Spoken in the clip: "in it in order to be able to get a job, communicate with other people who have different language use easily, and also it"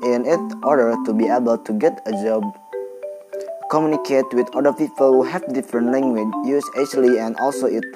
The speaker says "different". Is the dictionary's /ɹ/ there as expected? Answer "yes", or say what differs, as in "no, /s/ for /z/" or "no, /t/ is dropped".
yes